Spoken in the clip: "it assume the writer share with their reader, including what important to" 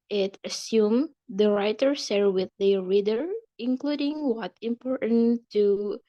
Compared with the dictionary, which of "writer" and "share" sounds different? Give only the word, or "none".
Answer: share